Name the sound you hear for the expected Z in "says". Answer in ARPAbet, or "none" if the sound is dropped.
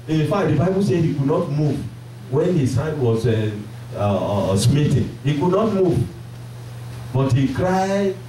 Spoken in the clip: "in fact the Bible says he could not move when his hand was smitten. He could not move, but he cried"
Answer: none